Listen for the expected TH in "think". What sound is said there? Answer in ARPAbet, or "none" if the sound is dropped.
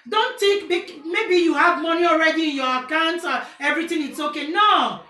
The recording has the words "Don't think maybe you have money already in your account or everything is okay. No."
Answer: T